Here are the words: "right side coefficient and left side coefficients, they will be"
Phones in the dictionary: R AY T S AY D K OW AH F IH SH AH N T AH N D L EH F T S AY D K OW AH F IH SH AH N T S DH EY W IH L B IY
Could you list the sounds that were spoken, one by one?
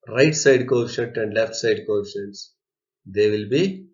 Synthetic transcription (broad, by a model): R AY T S AY D K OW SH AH T AH N D L EH F T S AY D K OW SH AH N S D EY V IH L B IY